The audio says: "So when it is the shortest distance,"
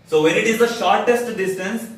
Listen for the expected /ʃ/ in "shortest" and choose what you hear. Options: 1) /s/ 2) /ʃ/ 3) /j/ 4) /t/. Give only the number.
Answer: 2